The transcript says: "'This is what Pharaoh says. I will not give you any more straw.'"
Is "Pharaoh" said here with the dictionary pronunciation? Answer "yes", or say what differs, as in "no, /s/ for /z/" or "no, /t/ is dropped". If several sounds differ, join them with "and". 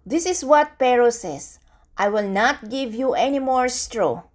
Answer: no, /p/ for /f/